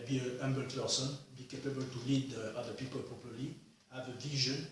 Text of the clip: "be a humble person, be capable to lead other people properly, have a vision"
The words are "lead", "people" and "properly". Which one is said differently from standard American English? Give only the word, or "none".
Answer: properly